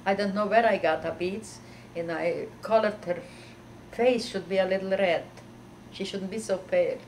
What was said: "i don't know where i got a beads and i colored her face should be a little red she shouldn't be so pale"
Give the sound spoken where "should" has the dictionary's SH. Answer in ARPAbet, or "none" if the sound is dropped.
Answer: SH